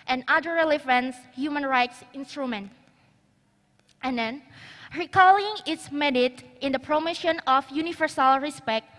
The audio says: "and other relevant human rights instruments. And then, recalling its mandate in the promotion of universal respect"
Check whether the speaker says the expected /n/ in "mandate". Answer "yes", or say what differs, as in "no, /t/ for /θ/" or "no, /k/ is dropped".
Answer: no, /n/ is dropped